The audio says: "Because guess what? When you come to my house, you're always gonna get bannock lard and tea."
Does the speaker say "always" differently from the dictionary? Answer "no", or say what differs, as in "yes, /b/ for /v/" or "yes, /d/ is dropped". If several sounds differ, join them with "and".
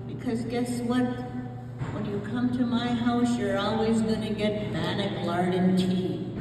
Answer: no